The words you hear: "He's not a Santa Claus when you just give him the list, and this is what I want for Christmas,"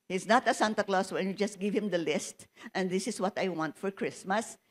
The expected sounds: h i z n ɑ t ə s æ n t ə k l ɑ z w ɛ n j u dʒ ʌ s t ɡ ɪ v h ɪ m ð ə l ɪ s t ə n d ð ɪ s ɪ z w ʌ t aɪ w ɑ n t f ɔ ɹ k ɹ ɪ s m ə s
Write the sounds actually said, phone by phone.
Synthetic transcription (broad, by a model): h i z n ɑ t ə s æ n t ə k l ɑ s w ɛ n j u dʒ ʌ s t ɡ ɪ v h ɪ m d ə l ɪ s t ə n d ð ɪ s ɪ s w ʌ t aɪ w ɑ n t f ɔ ɹ k ɹ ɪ s m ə s